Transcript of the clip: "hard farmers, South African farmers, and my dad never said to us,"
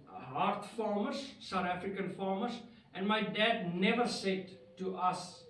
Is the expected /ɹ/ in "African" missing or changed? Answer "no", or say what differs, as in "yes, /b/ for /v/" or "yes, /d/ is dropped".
no